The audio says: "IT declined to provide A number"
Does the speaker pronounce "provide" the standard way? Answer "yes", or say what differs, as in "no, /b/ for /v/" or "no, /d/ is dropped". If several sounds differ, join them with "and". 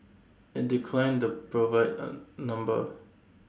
no, /d/ is dropped